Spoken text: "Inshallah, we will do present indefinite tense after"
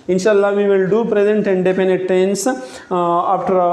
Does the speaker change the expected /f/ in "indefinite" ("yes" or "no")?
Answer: yes